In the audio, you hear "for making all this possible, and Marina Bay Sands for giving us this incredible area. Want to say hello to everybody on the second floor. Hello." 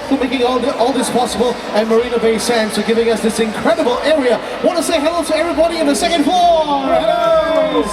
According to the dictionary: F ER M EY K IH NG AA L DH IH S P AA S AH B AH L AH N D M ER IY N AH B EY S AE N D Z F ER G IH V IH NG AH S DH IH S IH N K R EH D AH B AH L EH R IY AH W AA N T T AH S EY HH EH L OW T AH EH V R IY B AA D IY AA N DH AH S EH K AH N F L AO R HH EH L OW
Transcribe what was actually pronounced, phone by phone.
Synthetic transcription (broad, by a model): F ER M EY K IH NG AA L DH IH S P AA S AH B AH L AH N M ER IY N AH B EY S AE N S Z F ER G IH V IH NG AH S DH IH S IH N K R EH D AH B AH L EH R IY AH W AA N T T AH S EY HH EH L OW T AH EH V R IY B AA D IY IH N DH AH S EH K AH N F AO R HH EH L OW